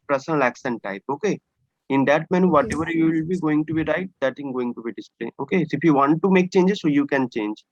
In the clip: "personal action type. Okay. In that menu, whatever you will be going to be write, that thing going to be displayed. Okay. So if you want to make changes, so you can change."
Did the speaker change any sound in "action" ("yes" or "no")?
yes